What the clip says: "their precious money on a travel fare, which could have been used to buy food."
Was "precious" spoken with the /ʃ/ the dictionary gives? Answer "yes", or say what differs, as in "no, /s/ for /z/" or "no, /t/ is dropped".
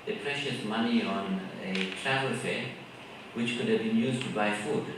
yes